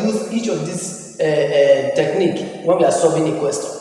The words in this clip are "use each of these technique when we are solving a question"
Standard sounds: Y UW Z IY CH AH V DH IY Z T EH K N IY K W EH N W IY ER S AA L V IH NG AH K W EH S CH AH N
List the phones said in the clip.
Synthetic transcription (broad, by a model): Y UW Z IY CH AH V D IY S T EH K N IY K W EH N W IY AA S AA V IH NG AH K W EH S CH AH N